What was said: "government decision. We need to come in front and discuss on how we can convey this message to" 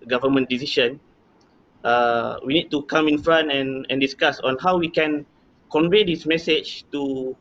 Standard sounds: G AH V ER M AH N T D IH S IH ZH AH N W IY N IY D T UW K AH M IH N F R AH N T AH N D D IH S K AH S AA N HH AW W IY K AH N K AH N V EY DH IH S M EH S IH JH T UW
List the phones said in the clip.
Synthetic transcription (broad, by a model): G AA V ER M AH N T D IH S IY SH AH N W IY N IY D T UW K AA M IH N F R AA N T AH N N D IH S K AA S AA N HH AW W IY K AH N K AH N V EY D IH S M EH S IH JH T UW